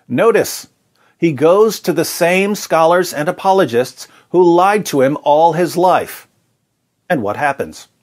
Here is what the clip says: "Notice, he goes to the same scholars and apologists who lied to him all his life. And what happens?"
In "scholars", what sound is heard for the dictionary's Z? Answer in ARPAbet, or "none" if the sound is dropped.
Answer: Z